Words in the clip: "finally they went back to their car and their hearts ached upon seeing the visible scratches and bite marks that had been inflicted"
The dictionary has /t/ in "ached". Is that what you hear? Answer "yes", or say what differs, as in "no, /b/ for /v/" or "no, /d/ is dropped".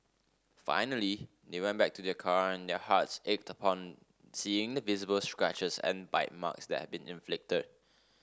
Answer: yes